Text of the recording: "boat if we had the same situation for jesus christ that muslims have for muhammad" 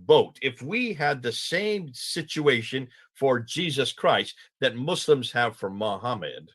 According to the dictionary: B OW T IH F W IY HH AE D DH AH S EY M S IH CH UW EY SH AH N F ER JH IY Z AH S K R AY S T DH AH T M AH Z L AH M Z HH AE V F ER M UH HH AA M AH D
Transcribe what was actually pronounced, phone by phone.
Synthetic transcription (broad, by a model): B OW T IH F W IY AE D DH AH S EY M S IH CH UW EY SH AH N F ER JH IY Z AH S K R AY S T DH AH T M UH S L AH M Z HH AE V F ER M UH HH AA M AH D